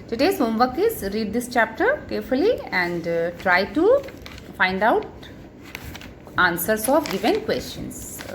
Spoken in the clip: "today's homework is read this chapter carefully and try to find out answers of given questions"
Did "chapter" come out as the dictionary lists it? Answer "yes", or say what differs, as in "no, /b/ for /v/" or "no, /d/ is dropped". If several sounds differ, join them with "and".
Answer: yes